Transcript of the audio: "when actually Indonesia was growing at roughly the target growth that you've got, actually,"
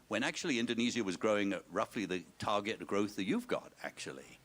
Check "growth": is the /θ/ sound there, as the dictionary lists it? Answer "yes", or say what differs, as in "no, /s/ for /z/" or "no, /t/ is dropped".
yes